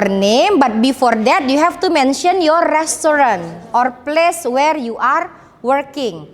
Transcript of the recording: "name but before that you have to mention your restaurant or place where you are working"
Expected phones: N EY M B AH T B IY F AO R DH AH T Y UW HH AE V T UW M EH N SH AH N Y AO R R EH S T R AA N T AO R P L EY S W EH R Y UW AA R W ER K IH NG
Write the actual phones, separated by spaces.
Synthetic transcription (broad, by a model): N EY M B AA T B IY F AO R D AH T Y UW HH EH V T UW M EH N SH AH N Y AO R R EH S T R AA N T AO R P L EY S W EH R Y UW AA R W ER K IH NG